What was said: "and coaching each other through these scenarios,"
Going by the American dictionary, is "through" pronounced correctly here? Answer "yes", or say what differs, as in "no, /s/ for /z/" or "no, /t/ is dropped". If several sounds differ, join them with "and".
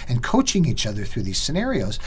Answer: yes